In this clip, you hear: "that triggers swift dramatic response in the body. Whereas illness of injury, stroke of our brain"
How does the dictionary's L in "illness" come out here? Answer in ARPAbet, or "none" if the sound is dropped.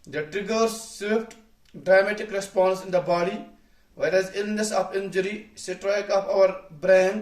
L